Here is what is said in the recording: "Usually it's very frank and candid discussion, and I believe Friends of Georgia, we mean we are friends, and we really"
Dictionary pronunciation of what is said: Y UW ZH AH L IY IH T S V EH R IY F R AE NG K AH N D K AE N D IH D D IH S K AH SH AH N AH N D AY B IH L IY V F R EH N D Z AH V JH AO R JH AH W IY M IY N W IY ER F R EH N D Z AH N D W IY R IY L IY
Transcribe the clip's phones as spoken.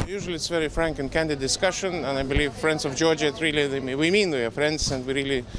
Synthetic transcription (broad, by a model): Y UW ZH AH L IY IH T S V EH R IY F R AE NG K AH N K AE N D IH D D IH S K AH SH AH N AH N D AY B IH L IY V F R EH N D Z AH V JH AO R JH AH W IY M IY N W IY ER F R EH N D Z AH N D W IY R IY L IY